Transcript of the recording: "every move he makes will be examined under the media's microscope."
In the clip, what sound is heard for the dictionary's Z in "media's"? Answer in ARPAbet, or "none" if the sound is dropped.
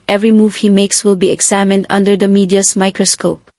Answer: S